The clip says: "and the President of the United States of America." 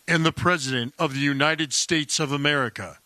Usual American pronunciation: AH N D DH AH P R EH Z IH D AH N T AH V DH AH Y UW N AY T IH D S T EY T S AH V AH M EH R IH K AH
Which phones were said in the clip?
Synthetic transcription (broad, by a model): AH N DH AH P R EH Z IH D AH N T AH V DH AH Y UW N AY T IH D S T EY T S AH V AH M EH R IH K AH